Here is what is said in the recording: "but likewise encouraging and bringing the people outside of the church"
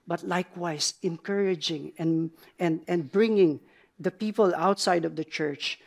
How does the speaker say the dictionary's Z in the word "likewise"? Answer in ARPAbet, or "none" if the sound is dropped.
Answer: S